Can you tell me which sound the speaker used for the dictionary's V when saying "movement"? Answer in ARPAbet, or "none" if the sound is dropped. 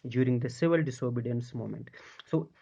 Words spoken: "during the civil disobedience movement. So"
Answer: none